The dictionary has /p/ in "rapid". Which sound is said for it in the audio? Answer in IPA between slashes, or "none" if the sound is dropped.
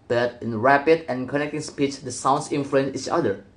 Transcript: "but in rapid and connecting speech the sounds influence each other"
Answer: /p/